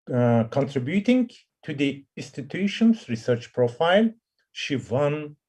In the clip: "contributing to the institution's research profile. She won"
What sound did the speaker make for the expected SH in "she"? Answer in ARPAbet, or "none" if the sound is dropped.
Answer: SH